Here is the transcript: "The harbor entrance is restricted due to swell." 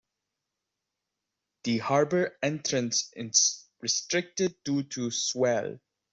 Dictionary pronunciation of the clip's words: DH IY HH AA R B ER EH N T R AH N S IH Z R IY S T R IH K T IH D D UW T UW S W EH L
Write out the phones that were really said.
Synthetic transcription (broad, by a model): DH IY HH AA R B ER EH N T R AH N S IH S R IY S T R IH K T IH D D UW T UW S W EH L